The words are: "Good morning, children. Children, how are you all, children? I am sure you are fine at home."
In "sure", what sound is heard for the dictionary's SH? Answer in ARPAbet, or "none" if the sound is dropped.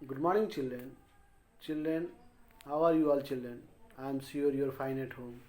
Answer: S